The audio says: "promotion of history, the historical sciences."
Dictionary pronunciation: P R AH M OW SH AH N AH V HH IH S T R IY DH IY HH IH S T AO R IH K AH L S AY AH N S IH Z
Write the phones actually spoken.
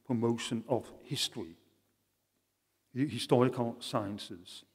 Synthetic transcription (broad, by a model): P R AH M OW SH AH N AH V HH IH S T IY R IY HH IH S T AO R IH K AH L S AY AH N S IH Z